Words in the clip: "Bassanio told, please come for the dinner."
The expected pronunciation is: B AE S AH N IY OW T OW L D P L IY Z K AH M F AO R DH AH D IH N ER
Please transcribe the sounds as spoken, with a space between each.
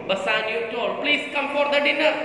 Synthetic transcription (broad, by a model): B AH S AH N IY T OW D P L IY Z K AH M F AO R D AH D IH N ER